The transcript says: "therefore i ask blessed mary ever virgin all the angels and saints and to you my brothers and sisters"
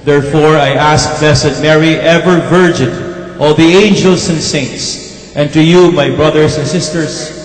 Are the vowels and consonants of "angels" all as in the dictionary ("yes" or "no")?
no